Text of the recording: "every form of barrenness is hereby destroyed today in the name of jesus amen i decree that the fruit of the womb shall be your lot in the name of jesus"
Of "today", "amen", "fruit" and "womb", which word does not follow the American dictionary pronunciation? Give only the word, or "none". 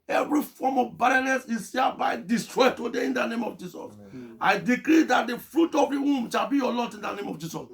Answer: amen